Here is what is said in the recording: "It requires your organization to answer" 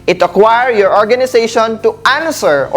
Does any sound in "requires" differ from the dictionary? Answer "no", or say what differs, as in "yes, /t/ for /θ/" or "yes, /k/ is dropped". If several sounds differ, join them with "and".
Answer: yes, /z/ is dropped